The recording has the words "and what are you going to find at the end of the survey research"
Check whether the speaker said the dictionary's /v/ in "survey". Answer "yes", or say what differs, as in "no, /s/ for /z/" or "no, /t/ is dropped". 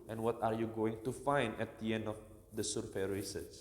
no, /f/ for /v/